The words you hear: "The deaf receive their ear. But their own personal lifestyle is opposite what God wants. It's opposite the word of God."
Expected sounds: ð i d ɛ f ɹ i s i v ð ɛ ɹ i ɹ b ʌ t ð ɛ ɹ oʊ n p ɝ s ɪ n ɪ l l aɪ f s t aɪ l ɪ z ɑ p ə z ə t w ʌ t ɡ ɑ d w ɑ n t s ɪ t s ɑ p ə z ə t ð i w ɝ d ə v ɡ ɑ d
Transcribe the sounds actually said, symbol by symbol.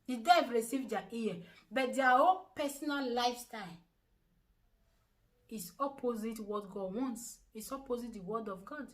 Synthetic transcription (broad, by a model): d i d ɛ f ɹ i s i v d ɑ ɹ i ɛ b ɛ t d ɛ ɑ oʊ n p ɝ s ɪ n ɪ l l aɪ f s t aɪ l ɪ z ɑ p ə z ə t w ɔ t ɡ ɑ d w ɑ n t s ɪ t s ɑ p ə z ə t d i w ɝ d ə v ɡ ɑ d